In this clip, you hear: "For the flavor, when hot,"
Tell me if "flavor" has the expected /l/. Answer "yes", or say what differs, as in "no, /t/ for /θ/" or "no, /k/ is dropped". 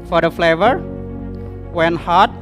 yes